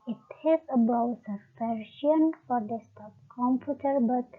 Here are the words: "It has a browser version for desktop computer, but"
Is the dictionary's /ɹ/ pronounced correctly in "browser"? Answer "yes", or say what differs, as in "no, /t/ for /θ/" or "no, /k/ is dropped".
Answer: no, /ɹ/ is dropped